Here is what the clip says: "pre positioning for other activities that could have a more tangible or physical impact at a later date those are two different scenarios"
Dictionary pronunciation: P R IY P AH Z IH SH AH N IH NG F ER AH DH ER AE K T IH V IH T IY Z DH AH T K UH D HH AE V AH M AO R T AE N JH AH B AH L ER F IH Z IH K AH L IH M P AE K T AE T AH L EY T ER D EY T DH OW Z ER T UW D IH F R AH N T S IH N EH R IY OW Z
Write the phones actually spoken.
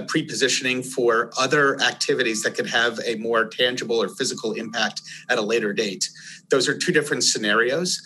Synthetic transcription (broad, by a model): P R IY P AH Z IH SH AH N IH NG F ER AH DH ER AE K T IH V IH T IY Z DH AH T K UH D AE V AH M AO R T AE N JH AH B L ER F IH Z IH K L IH M P AE K T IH T AH L EY T ER D EY T DH OW Z ER T UW D IH F R AH N T S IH N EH R IY OW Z